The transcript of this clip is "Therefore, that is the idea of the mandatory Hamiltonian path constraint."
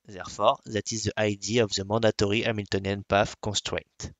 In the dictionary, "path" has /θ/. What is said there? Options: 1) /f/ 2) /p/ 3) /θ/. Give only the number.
1